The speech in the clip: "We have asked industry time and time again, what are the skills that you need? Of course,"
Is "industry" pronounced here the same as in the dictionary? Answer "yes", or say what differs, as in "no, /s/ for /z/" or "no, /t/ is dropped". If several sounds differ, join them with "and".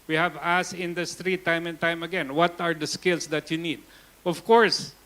yes